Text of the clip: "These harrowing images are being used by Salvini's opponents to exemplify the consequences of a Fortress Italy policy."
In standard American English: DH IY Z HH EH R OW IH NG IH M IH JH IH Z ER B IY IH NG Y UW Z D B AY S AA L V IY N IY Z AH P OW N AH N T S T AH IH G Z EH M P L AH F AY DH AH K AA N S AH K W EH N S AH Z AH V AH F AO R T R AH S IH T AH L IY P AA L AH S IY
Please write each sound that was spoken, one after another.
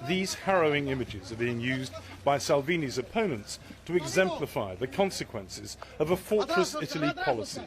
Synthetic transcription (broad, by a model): DH IY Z HH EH R OW IH NG IH M IH JH IH Z ER B IY IH NG Y UW Z B AY S AA L V IY N IY Z AH P OW N AH N T S T AH IH G Z EH M P L AH F AY DH AH K AA N S AH K W EH N S AH Z AH V AH F AO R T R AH S IH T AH L IY P AA L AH S IY